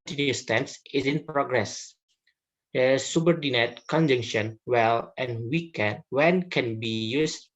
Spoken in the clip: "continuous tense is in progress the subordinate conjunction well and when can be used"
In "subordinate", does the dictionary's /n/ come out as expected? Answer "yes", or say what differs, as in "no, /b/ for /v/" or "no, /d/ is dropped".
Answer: yes